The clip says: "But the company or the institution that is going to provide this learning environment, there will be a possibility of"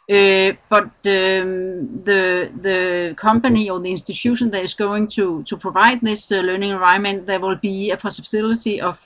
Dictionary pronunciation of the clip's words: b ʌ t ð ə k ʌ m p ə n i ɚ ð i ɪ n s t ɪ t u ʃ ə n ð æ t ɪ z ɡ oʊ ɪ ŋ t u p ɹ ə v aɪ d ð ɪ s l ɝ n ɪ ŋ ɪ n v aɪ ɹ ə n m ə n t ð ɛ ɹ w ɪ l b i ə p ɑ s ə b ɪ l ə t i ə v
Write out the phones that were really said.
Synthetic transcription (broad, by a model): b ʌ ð ð ə k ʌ m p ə n i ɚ ð i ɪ n s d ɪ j u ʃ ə n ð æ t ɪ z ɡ oʊ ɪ ŋ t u p ɹ ə v aɪ d ð ɪ s l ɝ n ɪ ŋ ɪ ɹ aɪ ə m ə n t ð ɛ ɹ w ɪ l b i ə p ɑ s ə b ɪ l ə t i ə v